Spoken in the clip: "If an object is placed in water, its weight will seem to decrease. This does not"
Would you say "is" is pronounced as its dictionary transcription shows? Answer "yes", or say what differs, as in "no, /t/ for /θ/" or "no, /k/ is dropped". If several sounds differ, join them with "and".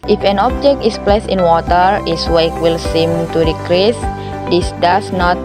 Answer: no, /s/ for /z/